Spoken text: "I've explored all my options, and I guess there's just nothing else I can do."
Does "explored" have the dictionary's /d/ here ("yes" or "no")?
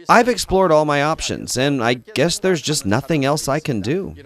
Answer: yes